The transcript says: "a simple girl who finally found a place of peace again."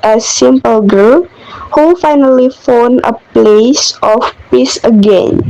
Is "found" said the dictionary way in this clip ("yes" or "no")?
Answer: no